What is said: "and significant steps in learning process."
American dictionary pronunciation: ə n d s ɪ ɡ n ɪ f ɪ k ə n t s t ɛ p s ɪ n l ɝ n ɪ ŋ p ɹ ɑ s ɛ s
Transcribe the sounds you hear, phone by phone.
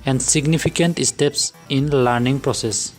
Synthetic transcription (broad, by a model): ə n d s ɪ ɡ n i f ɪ k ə n t s t ɛ p s ɪ n l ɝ n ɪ ŋ p ɹ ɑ s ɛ s